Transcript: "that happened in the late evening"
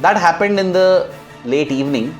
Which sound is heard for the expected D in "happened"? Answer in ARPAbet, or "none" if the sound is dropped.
D